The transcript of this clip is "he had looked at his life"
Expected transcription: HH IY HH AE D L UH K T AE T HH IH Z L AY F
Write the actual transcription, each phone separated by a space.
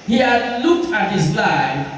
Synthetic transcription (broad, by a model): HH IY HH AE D L UH K T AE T HH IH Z L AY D